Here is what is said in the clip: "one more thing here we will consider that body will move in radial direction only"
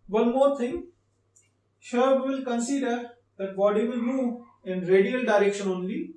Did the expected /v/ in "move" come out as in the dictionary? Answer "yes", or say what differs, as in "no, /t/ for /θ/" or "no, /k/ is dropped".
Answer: no, /v/ is dropped